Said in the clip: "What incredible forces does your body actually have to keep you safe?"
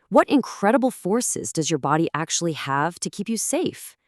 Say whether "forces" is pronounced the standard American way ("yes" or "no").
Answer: yes